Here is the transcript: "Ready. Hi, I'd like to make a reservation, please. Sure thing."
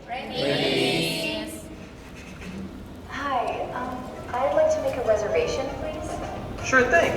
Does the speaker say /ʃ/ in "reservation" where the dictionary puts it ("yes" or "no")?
yes